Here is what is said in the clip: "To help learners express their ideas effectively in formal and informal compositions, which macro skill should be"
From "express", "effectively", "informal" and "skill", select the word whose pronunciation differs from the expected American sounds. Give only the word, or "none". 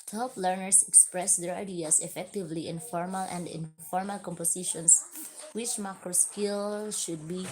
none